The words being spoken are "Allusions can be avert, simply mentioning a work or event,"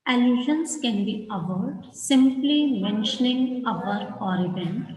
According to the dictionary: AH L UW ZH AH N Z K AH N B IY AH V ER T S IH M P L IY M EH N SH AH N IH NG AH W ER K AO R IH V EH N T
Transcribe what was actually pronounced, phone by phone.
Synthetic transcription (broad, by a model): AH L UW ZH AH N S K AH N B IY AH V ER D S IH M P L IY M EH N SH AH N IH NG AH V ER AO R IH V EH N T